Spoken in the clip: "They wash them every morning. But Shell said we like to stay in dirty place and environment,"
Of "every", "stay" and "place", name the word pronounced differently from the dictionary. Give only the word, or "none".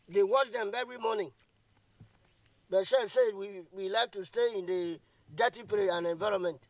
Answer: place